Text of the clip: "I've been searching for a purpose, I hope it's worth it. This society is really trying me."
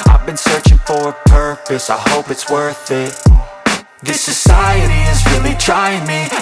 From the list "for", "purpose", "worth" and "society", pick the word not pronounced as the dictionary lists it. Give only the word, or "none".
none